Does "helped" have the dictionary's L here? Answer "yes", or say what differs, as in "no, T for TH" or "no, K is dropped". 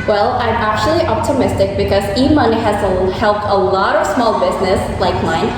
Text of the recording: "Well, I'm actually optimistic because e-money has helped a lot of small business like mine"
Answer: yes